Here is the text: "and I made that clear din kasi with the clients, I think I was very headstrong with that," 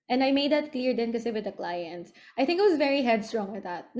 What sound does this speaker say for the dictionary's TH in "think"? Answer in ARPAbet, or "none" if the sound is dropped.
TH